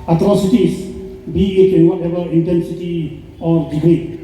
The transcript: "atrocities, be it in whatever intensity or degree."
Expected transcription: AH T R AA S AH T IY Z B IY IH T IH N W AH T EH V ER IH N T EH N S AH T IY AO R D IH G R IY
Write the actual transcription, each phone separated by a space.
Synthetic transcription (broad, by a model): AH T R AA S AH T IY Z B IY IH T IH N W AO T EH B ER IH N T EH N S AH T IY AO R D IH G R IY